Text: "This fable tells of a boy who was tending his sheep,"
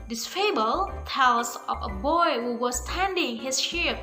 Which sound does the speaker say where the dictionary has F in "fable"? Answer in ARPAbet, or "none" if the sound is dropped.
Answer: F